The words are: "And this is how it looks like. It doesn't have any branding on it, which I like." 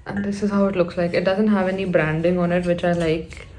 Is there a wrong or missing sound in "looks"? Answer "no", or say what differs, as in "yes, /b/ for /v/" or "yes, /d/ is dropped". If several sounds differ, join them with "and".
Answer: no